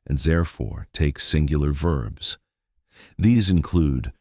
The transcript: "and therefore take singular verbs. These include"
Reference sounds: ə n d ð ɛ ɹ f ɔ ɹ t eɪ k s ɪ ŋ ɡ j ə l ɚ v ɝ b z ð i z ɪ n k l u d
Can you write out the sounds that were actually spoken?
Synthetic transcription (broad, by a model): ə n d ð ɛ ɹ f ɔ ɹ t eɪ k s ɪ ŋ ɡ j l ɚ v ɝ b z ð i z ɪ n k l u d